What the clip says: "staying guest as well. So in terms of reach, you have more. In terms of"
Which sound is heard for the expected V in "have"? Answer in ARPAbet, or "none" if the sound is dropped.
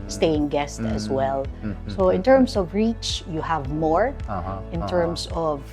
V